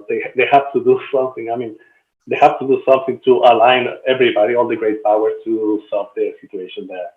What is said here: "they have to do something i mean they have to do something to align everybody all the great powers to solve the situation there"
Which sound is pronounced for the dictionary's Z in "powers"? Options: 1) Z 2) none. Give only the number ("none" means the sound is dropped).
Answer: 2